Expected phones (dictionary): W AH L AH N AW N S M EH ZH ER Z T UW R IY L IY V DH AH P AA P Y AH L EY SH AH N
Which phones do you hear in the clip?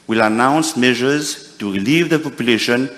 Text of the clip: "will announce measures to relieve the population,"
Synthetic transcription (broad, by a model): W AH L AH N AW N S M EH ZH ER Z T UW R IY L IY V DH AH P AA P Y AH L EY SH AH N